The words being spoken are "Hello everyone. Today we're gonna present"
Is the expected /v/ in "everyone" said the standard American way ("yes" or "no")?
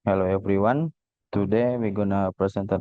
no